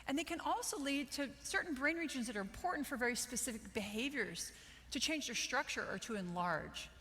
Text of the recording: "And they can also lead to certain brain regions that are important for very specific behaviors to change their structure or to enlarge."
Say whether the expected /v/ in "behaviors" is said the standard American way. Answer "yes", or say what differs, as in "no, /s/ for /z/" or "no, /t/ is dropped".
yes